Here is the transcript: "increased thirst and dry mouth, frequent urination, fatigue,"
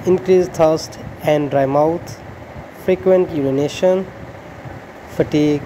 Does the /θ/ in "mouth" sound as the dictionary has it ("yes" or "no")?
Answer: no